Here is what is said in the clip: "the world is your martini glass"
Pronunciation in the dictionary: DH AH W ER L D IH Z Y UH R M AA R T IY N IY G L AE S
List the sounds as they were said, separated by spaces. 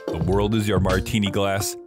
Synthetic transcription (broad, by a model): DH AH W ER L D IH Z Y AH R M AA R T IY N IY G L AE S